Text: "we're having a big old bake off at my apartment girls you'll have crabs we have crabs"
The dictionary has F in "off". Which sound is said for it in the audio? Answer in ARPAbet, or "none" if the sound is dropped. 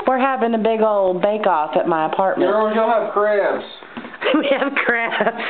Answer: F